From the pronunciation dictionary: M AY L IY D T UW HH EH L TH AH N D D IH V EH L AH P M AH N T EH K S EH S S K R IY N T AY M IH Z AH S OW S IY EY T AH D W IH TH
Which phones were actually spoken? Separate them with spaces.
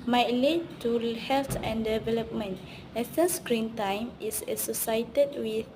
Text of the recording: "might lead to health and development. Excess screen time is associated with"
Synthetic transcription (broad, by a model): M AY L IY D T UW HH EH L T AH N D D IH V EH L AH P M AH N T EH S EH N S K R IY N T AY M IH S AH S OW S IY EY T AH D W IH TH